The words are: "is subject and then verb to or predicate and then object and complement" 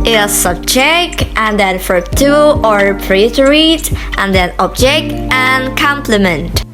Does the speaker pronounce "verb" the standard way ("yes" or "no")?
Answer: no